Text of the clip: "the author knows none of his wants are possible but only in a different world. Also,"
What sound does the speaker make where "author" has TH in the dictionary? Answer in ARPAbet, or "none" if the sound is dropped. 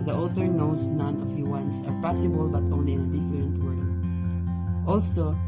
T